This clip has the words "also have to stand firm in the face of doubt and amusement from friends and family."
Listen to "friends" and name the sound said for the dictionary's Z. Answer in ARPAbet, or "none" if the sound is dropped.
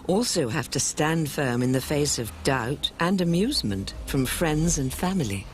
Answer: Z